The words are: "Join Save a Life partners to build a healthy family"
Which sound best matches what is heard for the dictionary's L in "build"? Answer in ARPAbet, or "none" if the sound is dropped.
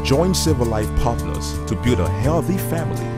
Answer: none